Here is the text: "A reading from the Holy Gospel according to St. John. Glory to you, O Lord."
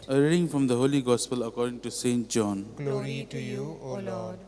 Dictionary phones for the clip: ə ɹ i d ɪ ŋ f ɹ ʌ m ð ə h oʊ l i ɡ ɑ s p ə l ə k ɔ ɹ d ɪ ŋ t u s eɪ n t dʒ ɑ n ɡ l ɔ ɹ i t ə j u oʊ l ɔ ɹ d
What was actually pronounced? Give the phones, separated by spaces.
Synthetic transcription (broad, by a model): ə ɹ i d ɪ ŋ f ɹ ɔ m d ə h oʊ l i ɡ ɑ s p ə l ə k ɔ ɹ d ɪ ŋ t u s eɪ n t dʒ ɑ n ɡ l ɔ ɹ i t j u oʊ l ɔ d